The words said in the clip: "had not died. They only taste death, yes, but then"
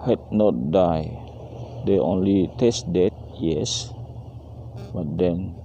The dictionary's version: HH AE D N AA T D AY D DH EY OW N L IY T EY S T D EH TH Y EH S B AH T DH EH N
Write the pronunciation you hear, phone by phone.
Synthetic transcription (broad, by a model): HH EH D N AA T D AY D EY OW N L IY T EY S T D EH T Y EH S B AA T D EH N